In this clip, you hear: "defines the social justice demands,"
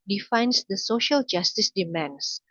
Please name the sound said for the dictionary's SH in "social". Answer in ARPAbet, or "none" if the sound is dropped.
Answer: SH